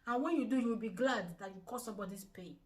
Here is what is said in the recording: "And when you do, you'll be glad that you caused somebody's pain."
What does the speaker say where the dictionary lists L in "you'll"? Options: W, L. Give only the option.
W